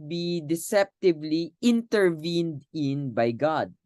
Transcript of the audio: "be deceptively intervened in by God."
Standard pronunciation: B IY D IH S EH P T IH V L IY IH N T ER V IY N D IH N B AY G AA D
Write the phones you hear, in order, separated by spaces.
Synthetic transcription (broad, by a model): B IY D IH S EH P T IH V L IY IH N T ER V IY N D IH N B AY G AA D